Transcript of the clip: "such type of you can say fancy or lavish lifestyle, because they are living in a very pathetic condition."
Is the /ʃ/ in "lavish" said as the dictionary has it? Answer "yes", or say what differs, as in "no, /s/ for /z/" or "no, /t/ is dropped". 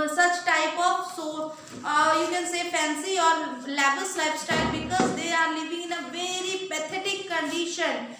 no, /s/ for /ʃ/